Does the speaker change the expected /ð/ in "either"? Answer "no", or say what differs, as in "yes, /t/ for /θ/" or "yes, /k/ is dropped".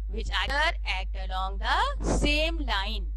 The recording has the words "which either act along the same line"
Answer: yes, /ð/ is dropped